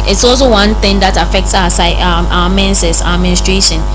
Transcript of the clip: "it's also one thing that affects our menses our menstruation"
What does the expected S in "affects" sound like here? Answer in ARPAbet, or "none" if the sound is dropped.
S